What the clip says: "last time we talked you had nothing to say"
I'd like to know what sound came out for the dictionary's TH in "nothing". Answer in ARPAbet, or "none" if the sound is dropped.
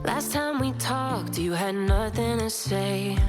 TH